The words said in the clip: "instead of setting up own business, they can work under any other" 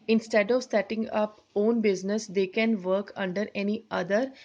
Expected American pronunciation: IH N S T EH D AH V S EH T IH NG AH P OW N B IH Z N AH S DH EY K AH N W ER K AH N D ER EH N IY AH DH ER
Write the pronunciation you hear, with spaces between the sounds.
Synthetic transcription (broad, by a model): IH N S T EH D AH V S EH T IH NG AH P OW N B IH Z N AH S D EY K AH N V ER K AH N D ER EH N IY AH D ER